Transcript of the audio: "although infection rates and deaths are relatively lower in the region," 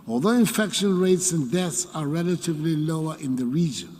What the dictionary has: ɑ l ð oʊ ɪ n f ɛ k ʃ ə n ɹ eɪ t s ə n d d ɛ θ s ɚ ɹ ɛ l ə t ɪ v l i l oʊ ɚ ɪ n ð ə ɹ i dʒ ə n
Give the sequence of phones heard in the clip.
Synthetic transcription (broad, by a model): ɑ l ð oʊ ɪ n f ɛ k ʃ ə n ɹ eɪ t s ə n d d ɛ θ s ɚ ɹ ɛ l ə t ɪ v l i l oʊ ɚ ɪ n ð ə ɹ i dʒ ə n